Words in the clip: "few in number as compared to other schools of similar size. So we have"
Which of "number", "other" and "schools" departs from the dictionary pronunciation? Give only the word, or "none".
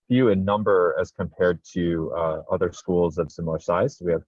none